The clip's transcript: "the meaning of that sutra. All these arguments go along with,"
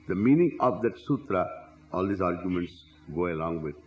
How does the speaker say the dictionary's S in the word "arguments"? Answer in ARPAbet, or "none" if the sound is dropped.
S